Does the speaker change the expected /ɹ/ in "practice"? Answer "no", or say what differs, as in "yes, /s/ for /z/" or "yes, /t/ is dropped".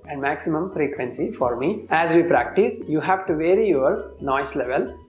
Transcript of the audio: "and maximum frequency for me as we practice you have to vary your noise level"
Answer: no